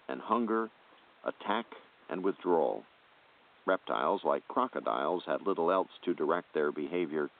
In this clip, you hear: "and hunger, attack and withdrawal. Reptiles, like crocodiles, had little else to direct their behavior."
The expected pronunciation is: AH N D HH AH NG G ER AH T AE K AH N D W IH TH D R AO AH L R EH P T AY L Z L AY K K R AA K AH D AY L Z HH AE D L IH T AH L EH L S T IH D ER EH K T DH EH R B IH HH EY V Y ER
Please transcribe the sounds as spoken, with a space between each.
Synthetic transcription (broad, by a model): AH N HH AH NG G ER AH T AE K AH N W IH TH D R AO L R EH P T AY L Z L AY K K R AA K AH D AY L Z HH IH D L IH T L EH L S T IH D ER EH K T DH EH R B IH HH EY V Y ER